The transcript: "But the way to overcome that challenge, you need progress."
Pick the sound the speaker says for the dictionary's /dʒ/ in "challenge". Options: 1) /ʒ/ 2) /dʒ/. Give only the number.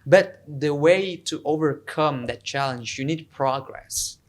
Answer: 2